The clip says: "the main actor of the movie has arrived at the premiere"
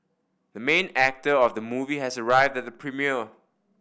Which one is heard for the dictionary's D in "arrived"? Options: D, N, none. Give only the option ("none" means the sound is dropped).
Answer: D